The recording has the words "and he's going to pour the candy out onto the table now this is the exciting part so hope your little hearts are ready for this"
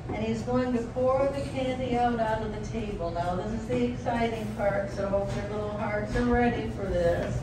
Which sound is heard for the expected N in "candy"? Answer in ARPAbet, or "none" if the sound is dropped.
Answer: N